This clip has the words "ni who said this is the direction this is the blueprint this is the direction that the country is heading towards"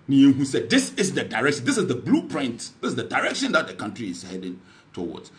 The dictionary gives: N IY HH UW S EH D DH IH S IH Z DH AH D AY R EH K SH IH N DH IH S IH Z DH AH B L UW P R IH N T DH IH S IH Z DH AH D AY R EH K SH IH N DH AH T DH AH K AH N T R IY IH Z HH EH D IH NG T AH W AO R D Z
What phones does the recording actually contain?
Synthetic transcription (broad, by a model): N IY HH UW S EH D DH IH S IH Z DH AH D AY R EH K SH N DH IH S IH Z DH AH B L UW P R IH N T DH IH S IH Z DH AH D AY R EH K SH IH N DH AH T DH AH K AH N T R IY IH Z HH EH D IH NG T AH W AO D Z